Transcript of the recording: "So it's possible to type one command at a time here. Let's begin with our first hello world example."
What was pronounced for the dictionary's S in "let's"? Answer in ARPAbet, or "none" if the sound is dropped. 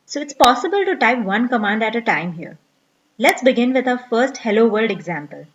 S